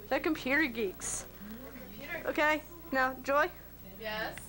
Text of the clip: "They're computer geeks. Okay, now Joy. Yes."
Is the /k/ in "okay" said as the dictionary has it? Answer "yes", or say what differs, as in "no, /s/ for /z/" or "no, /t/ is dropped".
yes